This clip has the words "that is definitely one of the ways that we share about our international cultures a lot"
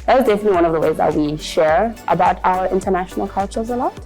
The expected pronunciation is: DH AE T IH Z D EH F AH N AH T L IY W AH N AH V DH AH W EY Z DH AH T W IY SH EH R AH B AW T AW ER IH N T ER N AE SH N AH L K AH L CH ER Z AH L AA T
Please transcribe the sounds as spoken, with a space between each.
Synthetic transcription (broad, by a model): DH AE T IH Z D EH F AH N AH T L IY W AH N AH V DH AH W EY Z DH AH T W IY SH EH R AH B AW T AW ER IH N T ER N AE SH N L K AH L CH ER Z AH L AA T